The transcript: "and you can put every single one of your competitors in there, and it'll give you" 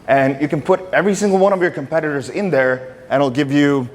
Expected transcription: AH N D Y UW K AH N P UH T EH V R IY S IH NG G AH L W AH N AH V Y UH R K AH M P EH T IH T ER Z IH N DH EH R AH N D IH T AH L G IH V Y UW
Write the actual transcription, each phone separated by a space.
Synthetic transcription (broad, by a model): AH N Y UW K AH N P UH T EH V R IY S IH NG G L W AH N AH V Y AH R K AH M P EH T IH T ER Z IH N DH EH R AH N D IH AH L G IH V Y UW